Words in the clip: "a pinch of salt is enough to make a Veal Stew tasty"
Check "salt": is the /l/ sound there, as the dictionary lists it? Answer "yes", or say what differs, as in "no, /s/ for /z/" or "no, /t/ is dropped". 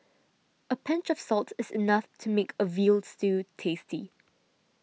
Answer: yes